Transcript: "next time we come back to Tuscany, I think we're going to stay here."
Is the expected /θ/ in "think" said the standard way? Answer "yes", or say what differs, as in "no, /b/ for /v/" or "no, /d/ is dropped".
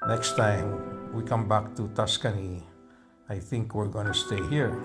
yes